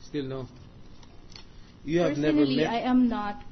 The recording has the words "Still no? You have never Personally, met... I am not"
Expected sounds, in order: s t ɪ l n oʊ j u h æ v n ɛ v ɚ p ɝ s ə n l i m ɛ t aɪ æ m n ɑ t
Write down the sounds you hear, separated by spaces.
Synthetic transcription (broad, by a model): s t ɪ l n oʊ j u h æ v n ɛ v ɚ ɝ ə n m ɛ aɪ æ m n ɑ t